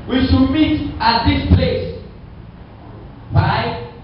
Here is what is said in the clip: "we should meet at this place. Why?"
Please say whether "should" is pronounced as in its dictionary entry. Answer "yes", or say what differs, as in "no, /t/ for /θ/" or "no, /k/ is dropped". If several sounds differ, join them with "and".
no, /s/ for /ʃ/